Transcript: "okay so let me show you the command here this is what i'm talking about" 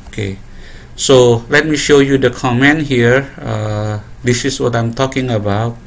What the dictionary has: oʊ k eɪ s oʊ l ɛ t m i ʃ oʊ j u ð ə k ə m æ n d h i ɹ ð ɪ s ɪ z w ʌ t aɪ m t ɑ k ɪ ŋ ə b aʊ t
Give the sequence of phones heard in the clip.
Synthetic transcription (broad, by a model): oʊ k eɪ s oʊ l ɛ t m i ʃ oʊ j u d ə k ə m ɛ n h i ɹ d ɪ s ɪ s w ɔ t aɪ m t ɑ k ɪ ŋ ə b aʊ t